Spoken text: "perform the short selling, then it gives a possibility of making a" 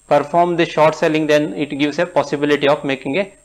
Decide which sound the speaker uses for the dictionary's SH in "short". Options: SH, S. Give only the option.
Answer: SH